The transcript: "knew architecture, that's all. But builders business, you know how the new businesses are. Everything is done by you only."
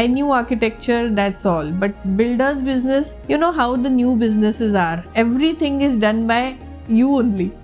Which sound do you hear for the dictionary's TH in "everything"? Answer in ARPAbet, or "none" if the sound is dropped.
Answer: T